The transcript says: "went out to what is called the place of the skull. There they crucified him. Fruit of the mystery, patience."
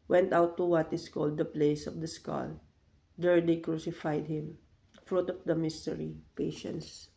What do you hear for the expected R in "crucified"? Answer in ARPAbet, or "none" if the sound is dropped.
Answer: R